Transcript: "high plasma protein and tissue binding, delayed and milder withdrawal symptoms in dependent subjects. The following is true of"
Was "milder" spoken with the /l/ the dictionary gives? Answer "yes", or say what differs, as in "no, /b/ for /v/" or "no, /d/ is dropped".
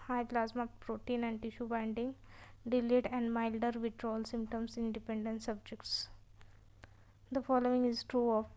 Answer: yes